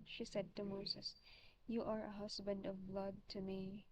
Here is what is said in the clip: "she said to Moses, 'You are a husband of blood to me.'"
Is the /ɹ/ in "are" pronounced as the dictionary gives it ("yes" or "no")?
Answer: yes